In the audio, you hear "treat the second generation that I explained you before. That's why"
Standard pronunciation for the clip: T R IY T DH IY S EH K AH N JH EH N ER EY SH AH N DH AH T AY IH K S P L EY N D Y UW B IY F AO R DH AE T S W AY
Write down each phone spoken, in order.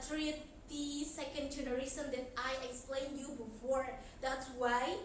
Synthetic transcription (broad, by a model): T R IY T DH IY S EH K AH N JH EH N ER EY S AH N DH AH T AY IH K S P L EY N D Y UW B IY F AO R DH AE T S W AY